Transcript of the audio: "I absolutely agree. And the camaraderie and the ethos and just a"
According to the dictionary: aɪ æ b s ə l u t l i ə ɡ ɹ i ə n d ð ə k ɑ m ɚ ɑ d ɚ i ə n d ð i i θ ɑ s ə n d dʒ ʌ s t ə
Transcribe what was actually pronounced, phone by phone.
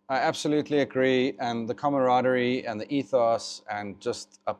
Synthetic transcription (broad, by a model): aɪ æ b s ə l u t l i ə ɡ ɹ i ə n ð ə k ɑ m ɚ ɑ d ɚ i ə n ð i i θ ɑ s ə n dʒ ʌ s t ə